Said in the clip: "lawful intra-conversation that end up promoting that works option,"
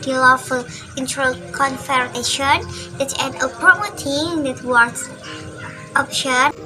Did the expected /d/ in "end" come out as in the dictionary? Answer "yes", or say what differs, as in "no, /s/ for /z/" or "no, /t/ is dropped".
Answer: no, /d/ is dropped